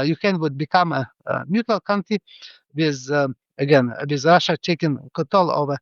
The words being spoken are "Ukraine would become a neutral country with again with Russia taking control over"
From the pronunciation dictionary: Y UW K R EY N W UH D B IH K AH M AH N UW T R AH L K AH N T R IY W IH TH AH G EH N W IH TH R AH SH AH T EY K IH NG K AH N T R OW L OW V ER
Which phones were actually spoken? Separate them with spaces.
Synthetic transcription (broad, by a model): Y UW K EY N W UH D B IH K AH M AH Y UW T AH L K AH N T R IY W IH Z AH G EH N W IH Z R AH SH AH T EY K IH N K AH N T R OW L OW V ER